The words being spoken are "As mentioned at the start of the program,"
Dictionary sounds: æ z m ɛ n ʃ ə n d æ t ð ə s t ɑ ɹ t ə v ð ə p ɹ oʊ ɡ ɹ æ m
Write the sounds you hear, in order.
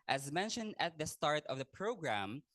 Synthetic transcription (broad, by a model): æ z m ɛ n ʃ ə n d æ t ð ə s t ɑ ɹ t ə v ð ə p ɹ oʊ ɡ ɹ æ m